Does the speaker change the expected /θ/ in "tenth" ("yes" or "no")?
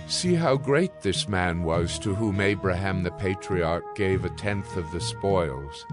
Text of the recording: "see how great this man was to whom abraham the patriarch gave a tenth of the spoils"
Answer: no